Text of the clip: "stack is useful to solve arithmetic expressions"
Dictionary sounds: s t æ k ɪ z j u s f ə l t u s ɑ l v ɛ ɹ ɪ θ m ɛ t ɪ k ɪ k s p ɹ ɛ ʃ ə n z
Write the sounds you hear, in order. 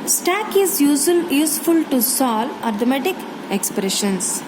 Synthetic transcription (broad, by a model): s t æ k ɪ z j u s f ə l t u s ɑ l ɑ ɹ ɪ m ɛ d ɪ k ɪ k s p ɹ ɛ ʃ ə n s